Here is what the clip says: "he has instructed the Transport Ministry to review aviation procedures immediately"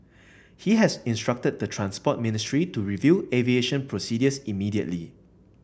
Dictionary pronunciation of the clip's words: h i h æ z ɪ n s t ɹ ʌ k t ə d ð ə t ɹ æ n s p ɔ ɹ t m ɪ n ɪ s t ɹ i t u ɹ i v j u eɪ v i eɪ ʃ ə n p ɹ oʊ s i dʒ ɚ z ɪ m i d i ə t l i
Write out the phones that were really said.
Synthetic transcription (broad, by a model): h i h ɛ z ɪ n s t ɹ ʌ k t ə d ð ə t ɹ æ n s p ɔ t m ɪ n ɪ s t ɹ i t u ɹ i v j u eɪ v i eɪ ʃ ə n p ɹ oʊ s i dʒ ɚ s ɪ m i d i ə t l i